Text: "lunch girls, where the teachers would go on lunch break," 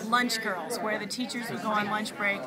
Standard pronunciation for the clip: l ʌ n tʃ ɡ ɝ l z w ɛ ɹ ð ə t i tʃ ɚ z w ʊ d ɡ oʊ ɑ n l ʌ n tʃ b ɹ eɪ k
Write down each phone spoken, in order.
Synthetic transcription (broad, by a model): l ʌ n tʃ ɡ ɝ l z w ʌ ɹ ð ə t i tʃ ɚ z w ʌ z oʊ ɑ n l ʌ n tʃ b ɹ eɪ k